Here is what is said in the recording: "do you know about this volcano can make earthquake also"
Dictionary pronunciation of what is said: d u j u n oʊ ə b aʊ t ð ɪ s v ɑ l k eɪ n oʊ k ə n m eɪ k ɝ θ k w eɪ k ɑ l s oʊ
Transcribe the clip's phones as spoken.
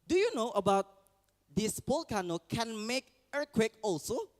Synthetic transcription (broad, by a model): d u j u n oʊ ə b aʊ t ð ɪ s p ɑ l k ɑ n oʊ k ə n m eɪ k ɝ k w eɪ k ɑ l s oʊ